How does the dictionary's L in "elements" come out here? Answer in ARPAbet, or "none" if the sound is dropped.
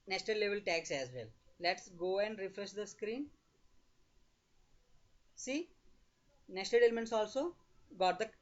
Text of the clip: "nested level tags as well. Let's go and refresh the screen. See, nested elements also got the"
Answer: L